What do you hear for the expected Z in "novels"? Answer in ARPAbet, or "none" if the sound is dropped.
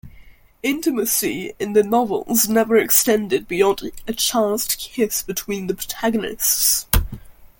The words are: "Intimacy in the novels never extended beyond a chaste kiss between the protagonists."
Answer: Z